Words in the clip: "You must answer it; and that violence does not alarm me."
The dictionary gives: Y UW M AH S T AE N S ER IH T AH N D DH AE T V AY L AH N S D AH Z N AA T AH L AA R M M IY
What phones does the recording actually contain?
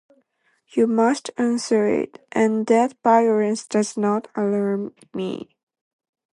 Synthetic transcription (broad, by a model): Y UW M AH S T AE N S ER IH T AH N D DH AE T B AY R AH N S D AH Z N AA T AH L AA R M M IY